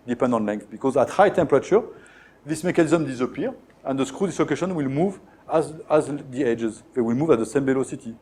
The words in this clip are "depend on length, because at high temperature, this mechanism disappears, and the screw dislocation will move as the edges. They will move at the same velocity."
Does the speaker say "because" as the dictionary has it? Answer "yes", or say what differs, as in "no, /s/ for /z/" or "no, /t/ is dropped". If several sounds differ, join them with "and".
yes